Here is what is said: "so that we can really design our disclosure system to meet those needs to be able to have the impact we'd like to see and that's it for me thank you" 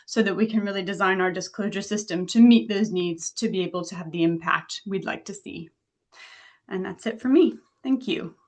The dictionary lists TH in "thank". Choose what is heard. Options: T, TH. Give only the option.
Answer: TH